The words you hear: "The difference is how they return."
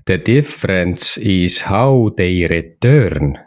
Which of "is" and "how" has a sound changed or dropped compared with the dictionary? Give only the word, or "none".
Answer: is